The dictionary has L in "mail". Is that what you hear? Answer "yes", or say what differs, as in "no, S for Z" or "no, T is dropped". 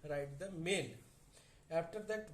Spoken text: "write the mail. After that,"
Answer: no, N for L